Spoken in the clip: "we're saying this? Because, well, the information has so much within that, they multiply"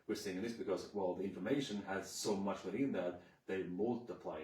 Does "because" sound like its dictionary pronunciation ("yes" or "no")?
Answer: yes